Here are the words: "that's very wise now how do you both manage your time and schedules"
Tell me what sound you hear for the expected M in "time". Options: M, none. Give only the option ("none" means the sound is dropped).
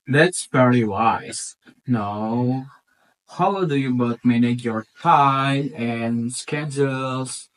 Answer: none